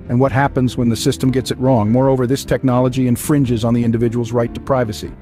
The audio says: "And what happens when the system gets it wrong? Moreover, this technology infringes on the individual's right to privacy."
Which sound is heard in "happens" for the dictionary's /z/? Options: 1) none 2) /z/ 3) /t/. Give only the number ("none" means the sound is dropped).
2